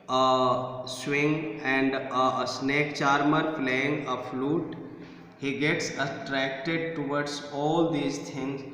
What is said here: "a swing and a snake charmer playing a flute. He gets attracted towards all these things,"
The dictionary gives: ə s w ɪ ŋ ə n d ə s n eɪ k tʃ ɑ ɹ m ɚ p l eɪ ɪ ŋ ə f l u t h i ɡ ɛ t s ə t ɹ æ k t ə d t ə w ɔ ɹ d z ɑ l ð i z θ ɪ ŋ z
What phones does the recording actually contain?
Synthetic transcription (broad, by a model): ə s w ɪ ŋ ə n d ə s n eɪ k tʃ ɑ ɹ m ɚ f l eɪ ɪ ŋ ə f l u t h i ɡ ɛ t s ə t ɹ æ k t ə d t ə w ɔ ɹ d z ɑ l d i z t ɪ ŋ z